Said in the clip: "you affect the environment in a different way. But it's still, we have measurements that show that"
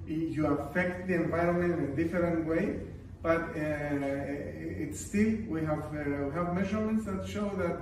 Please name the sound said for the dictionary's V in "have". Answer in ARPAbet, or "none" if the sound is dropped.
V